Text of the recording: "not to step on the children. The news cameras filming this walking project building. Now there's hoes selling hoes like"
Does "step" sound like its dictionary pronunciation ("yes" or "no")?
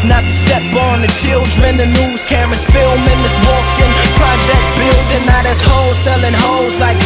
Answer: no